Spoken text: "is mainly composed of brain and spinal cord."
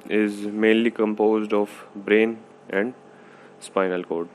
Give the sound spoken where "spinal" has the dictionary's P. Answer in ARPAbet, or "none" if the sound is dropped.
P